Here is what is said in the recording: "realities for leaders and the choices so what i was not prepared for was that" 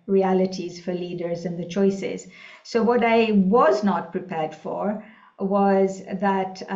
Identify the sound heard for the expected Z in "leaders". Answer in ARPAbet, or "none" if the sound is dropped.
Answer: Z